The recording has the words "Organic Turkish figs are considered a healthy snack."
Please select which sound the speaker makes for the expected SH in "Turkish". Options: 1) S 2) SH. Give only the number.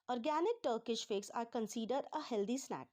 2